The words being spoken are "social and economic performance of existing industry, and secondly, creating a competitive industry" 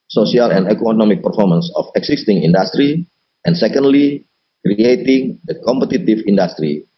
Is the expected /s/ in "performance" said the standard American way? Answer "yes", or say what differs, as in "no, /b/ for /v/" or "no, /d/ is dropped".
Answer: yes